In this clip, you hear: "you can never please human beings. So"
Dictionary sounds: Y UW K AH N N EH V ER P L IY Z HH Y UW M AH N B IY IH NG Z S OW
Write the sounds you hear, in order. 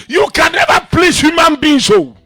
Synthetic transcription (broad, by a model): Y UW K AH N N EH V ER P L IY S HH Y UW M AH N B IY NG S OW